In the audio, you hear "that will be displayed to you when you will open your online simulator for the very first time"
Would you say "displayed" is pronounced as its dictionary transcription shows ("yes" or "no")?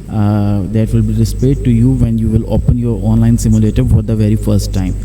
no